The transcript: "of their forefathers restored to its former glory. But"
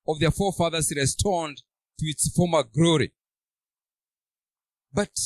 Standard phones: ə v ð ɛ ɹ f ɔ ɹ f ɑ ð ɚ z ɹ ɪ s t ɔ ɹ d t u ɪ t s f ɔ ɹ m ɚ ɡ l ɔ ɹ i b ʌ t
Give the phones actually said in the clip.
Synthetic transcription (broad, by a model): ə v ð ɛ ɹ f ɔ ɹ f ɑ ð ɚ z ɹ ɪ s t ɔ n d t u ɪ t s f ɔ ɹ m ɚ ɡ l ɔ ɹ i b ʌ t